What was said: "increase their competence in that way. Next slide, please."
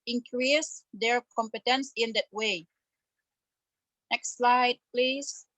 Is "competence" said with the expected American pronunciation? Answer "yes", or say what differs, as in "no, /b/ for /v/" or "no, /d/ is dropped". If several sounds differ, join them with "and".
yes